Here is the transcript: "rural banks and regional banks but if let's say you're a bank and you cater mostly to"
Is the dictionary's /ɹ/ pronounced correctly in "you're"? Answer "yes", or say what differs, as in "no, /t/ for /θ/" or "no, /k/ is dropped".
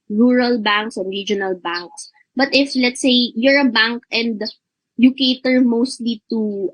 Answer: yes